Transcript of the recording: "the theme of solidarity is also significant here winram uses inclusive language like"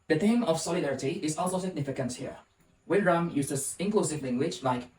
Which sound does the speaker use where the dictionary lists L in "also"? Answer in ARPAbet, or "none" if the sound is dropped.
L